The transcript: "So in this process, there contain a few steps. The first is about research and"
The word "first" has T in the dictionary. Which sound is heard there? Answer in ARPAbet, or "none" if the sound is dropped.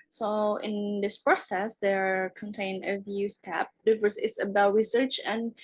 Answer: none